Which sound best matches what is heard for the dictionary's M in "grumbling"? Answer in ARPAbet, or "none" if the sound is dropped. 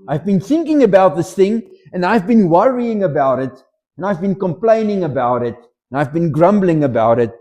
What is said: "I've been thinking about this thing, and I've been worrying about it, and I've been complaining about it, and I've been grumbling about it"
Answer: M